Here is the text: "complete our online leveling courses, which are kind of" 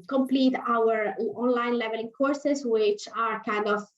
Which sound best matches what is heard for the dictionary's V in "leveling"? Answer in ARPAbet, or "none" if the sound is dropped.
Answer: V